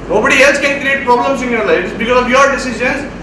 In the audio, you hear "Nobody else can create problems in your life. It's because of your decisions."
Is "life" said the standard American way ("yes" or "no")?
no